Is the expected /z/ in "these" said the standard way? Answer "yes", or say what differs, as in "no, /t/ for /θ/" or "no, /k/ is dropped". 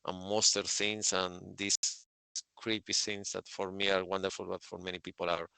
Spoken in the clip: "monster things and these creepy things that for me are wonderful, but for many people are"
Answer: no, /s/ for /z/